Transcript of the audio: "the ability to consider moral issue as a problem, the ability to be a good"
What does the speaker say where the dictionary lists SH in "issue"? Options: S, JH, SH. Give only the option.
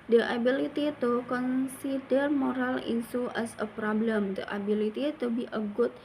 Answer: S